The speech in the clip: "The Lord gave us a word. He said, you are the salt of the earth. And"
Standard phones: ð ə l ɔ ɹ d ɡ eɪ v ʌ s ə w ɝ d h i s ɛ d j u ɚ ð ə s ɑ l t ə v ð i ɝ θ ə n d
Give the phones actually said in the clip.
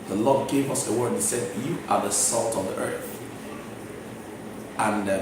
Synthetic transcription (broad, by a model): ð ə l ɔ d ɡ eɪ v ʌ s ə w ɝ d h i s ɛ d j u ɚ ð ə s ɑ l t ə v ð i ɝ θ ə n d